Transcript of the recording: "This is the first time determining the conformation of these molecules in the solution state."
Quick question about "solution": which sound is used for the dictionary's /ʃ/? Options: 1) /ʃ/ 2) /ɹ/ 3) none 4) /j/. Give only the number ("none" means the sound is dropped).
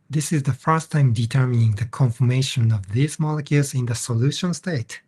1